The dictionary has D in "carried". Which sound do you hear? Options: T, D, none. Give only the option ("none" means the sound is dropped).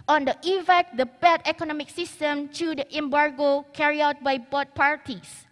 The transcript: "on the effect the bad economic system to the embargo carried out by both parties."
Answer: none